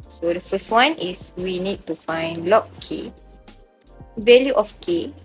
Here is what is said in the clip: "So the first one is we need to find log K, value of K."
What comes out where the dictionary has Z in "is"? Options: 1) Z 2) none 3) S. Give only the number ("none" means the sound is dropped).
3